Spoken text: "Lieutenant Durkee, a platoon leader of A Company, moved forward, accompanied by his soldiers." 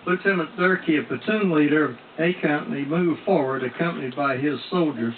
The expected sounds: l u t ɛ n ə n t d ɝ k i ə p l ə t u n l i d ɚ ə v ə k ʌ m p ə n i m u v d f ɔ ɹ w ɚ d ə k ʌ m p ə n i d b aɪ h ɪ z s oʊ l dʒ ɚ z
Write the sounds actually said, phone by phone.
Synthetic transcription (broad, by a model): l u t ɛ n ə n d ɝ k i ə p ə t u n l i d ɚ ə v ə k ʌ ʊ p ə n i m u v f ɔ ɹ w ɚ d ə k ʌ m p ə n i d b aɪ ɪ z s oʊ l dʒ ɚ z